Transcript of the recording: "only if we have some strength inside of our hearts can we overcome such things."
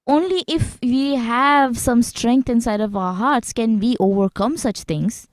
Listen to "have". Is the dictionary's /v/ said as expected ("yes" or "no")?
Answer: yes